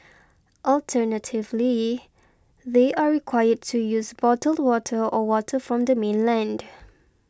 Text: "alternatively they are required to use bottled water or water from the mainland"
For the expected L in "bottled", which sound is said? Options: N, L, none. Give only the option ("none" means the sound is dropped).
L